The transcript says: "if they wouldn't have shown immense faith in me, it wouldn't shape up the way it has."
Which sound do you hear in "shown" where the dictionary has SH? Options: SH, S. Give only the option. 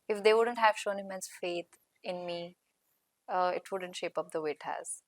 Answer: SH